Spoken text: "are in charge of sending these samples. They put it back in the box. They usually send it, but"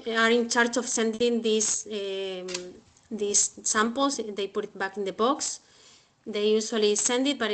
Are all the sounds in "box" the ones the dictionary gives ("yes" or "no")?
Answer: yes